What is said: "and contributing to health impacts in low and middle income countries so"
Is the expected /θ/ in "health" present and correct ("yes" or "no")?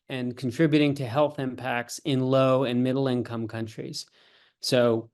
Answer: yes